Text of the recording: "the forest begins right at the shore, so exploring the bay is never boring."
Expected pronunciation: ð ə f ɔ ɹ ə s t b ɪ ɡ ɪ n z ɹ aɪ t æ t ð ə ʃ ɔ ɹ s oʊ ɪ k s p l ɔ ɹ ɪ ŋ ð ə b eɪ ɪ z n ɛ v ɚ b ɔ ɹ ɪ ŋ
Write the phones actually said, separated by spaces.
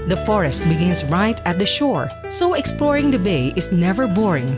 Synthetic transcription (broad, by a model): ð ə f ɔ ɹ ə s t b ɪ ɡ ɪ n s ɹ aɪ t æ t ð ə ʃ ɔ ɹ s oʊ ɪ k s p l ɔ ɹ ɪ ŋ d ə b eɪ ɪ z n ɛ v ɚ b ɔ ɹ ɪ ŋ